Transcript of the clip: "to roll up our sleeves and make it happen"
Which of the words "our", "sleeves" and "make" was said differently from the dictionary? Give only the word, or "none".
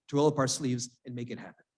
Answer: none